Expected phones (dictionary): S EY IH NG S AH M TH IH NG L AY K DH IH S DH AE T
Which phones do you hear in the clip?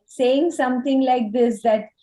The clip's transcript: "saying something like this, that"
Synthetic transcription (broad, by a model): S EY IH NG S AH M T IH NG L AY K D IH S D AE T